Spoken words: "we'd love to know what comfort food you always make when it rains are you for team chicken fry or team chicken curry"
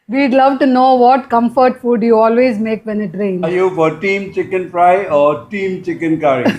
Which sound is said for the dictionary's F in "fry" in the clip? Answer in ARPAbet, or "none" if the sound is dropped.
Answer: P